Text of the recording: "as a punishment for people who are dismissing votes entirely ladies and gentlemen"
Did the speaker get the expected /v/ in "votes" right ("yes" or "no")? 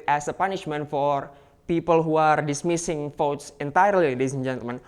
no